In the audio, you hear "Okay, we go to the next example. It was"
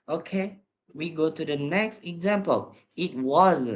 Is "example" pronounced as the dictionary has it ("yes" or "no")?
yes